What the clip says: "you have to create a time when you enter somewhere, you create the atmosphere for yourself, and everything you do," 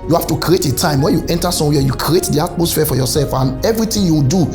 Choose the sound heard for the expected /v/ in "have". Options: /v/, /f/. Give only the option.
/f/